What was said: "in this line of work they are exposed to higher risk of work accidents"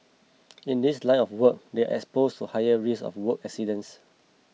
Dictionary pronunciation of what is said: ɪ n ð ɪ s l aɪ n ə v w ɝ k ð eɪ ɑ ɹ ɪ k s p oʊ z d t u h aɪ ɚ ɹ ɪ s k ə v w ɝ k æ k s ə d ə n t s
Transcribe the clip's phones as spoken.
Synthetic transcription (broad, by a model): ɪ n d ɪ s l aɪ n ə f w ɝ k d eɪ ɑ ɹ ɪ k s p oʊ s t u h aɪ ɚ ɹ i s ə f w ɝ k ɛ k s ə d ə n s